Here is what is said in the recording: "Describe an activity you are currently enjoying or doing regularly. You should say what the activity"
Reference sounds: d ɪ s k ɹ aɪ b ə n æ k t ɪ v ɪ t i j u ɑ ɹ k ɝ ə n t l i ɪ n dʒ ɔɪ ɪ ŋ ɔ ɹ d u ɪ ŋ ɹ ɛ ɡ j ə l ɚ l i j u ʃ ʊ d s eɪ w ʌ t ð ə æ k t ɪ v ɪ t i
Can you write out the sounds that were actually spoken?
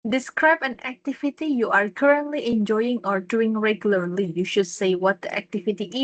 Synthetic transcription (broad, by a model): d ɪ s k ɹ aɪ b ə n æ k t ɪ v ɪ t i j u ɑ ɹ k ɝ ə n t l i ɪ n dʒ ɔɪ ɪ ŋ ɔ ɹ d u ɪ ŋ ɹ ɛ ɡ j ə l ɚ l i j u ʃ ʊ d s eɪ w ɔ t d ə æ k t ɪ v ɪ t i